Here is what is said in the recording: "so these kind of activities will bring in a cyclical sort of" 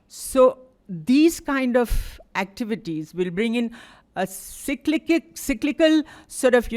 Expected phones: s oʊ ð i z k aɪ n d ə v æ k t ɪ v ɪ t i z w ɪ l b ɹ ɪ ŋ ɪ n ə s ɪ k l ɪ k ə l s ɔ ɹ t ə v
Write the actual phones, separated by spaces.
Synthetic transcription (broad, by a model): s oʊ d i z k aɪ n d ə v æ k t ɪ v ɪ t i z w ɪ l b ɹ ɪ ŋ ɪ n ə s ɪ k l ɪ k ə l s ɔ ɹ t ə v